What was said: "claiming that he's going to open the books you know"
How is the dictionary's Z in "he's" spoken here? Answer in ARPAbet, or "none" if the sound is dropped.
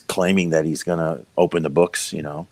Z